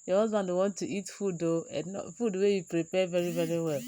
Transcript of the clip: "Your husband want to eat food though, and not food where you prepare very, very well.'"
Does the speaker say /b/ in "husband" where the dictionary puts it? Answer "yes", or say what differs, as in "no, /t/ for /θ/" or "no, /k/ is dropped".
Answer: no, /b/ is dropped